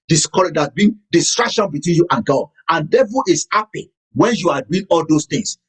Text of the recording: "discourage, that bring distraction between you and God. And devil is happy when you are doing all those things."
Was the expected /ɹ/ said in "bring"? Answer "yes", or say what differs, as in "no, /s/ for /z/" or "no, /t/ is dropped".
no, /ɹ/ is dropped